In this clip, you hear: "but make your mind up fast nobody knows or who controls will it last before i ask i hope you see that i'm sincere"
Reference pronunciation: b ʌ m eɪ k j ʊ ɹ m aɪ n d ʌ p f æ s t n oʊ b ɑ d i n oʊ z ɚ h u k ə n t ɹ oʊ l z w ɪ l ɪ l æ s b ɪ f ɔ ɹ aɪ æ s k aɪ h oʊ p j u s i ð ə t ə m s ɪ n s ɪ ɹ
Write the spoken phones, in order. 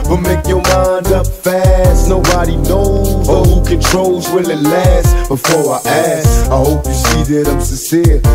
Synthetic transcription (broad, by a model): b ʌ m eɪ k j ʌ ɹ m aɪ n d ʌ p f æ s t n oʊ b ɑ d i n oʊ z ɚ h u k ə n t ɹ oʊ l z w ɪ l ɪ l æ s b ɪ f ɔ ɹ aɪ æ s aɪ h oʊ p j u s i ð ə t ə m s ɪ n s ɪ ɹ